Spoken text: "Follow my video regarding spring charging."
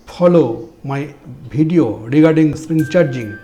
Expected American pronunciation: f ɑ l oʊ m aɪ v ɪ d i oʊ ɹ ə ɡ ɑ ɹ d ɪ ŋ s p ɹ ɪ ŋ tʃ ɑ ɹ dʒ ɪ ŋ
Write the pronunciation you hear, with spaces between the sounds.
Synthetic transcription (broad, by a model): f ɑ l oʊ m aɪ b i d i oʊ ɹ ə ɡ ɑ ɹ d ɪ ŋ s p ɹ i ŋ tʃ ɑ ɹ dʒ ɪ ŋ